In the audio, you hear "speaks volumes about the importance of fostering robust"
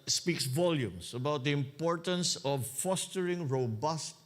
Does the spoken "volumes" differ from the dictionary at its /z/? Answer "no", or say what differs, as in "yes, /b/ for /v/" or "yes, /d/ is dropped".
yes, /s/ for /z/